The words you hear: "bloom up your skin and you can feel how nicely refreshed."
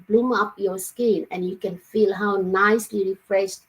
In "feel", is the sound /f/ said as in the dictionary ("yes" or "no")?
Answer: yes